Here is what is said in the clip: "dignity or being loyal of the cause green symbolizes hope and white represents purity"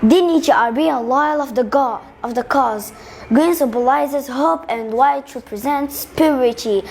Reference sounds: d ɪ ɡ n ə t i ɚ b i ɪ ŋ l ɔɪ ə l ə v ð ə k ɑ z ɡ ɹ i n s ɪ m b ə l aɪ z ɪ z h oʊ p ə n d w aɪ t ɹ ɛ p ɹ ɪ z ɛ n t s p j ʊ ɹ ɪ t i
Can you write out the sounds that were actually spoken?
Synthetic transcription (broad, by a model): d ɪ n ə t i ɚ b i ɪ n l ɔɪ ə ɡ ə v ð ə k ɑ z ɡ ɹ i n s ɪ b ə l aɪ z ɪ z h oʊ p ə n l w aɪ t ɹ ɛ p ɹ ɪ z ɛ n t s p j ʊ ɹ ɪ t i